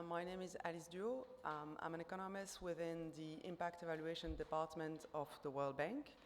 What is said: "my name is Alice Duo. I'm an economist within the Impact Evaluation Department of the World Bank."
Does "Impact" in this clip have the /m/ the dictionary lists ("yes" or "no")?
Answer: yes